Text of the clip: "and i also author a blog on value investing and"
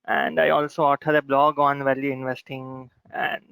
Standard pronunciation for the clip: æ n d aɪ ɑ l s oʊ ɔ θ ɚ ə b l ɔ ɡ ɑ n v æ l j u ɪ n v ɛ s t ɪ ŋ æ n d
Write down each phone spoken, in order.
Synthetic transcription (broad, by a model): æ n d aɪ ɑ l s oʊ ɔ t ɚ ə b l ɔ ɡ ɑ n v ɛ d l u ɪ n v ɛ s t ɪ ŋ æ n d